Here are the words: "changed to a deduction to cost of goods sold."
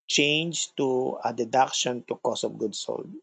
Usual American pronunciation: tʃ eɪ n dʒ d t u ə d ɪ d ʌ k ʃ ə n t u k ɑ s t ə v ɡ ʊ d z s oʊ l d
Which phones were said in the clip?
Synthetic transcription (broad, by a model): tʃ eɪ n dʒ t u ə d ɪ d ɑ k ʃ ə n t u k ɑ s ə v ɡ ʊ d s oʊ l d